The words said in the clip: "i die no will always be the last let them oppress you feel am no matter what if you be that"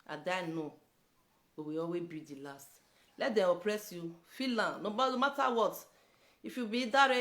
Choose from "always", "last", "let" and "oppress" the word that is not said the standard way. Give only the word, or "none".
always